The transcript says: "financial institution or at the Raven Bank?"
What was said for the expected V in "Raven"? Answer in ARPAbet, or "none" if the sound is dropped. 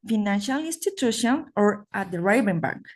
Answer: B